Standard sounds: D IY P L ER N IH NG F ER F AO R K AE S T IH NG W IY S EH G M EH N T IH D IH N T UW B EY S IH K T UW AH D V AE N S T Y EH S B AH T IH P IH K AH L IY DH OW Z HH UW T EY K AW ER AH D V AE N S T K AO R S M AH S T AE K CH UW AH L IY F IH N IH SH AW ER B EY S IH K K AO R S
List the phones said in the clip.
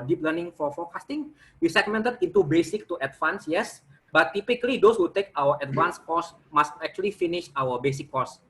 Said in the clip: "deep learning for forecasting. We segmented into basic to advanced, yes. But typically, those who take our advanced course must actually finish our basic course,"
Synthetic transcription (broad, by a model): D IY P L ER N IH NG F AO F AO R K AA S T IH NG W IY S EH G M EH N T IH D IH N T UW B EY S IH K T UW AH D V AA N S Y EH S B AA T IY P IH K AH L IY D OW S HH UW T EY K AW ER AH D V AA N S K AO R S M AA S T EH K CH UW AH L IY F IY N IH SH AW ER B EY S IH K K AO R S